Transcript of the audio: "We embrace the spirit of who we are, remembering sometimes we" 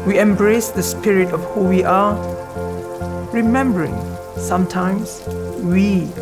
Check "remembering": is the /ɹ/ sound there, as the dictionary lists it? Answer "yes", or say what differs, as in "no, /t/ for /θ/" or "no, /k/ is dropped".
yes